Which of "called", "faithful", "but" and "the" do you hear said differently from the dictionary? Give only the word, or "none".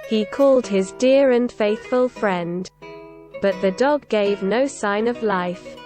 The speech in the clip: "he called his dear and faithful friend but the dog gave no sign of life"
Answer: none